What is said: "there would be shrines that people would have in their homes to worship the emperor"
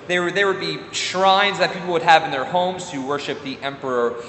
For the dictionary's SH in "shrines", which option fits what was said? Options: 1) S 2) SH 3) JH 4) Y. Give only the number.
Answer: 2